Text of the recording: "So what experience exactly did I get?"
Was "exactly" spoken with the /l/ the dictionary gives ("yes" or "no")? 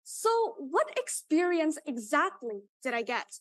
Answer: yes